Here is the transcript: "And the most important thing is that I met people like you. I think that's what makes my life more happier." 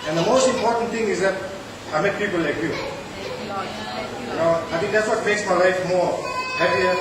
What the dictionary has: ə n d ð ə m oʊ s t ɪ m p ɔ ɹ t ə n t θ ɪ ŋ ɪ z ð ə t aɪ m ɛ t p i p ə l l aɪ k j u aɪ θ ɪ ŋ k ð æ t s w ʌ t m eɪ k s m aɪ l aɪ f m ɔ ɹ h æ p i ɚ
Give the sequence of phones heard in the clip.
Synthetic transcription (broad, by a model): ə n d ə m oʊ s t ɪ m p ɔ ɹ t ə n t t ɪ ŋ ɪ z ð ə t aɪ m ɛ t p i p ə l l aɪ k j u aɪ t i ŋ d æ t s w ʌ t m eɪ k s m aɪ l aɪ f m ɔ ɹ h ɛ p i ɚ